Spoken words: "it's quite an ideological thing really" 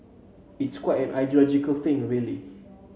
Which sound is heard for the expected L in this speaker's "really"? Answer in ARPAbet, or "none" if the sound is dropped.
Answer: L